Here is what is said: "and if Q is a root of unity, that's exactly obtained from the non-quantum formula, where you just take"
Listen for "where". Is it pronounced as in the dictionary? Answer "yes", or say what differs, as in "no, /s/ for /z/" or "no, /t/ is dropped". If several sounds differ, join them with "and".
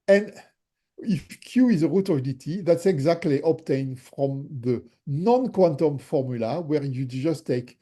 yes